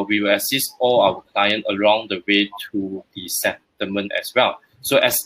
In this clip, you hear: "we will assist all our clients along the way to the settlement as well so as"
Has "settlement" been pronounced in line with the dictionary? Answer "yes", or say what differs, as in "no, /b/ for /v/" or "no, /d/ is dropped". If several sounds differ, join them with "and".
no, /l/ is dropped